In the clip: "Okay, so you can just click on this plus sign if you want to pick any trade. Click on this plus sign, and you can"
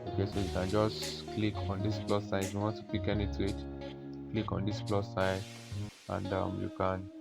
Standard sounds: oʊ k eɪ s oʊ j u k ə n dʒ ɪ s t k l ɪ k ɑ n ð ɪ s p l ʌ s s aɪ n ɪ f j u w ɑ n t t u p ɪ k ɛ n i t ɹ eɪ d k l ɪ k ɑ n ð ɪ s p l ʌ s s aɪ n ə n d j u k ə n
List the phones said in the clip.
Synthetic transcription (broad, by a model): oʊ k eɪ s oʊ j u k ə n dʒ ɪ s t k l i k ɑ n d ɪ s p l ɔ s s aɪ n ɪ f j u w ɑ n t t u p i k ɛ n i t eɪ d k l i k ɑ n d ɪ s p l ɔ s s aɪ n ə n d j u k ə n